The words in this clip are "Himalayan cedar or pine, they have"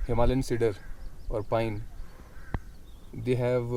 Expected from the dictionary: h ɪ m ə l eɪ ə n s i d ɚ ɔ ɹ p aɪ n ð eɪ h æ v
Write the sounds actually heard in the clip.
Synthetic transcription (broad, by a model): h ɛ m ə l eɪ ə n s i d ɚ ɔ ɹ p aɪ n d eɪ h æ v